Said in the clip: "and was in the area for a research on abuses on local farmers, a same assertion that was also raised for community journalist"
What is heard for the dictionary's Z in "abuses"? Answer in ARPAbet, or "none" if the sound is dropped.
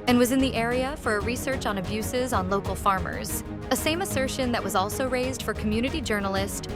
Z